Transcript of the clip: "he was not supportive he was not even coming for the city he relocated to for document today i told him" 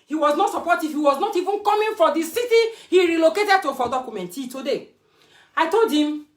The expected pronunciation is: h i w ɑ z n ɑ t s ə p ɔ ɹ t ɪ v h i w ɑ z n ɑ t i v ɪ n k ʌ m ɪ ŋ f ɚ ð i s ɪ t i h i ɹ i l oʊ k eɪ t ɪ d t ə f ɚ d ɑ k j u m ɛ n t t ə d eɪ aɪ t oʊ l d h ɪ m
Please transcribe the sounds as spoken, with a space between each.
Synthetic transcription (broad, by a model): h i w ɑ z n ɑ t s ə p ɔ t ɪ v h i w ɑ z n ɑ t i v ɪ n k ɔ m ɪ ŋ f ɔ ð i s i t i h i ɹ i l oʊ k eɪ t ɪ d t ə f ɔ d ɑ k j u m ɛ n t t ə d eɪ aɪ t oʊ l d h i m